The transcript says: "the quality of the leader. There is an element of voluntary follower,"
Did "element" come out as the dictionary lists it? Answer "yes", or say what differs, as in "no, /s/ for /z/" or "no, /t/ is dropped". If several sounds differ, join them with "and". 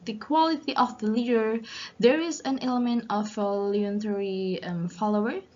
yes